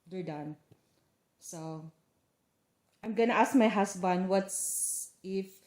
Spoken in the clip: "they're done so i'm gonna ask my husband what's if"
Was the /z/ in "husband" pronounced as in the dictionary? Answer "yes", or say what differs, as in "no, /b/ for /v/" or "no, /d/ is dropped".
no, /s/ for /z/